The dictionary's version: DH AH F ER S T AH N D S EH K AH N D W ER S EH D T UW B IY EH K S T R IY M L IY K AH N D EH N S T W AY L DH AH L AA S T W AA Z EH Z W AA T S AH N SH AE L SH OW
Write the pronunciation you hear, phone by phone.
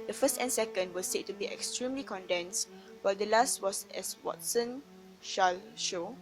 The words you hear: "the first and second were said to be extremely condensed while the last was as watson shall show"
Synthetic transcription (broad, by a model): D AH F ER S T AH N S EH K AH N D W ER S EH T UW B IY EH K S T R IY M L IY K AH N D EH N S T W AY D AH L AA S T W AA S EH S W AA T S AH N SH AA L SH OW